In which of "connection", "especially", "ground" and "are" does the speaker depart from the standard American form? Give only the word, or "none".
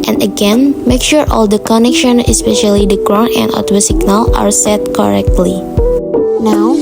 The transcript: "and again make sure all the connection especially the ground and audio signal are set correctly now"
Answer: ground